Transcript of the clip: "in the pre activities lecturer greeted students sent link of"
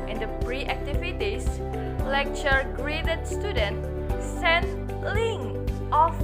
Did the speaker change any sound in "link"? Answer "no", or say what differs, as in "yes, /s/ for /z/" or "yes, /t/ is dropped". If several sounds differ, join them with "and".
yes, /k/ is dropped